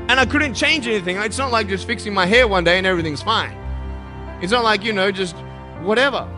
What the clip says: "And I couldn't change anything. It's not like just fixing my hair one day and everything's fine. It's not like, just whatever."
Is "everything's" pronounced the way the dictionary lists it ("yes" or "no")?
yes